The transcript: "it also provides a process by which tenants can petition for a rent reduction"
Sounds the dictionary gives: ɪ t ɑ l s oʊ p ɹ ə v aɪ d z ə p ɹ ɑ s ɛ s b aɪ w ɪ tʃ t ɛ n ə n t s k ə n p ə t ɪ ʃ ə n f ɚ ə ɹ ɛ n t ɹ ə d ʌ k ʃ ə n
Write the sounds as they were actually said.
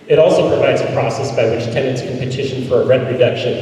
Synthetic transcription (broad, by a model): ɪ t ɑ l s oʊ p ɹ ə v aɪ d z ə p ɹ ɑ s ɛ s b aɪ w ɪ tʃ t ɛ n ə n t s k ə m p ə t ɪ ʃ ə n f ɚ ə ɹ ɛ t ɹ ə d ʌ k ʃ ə n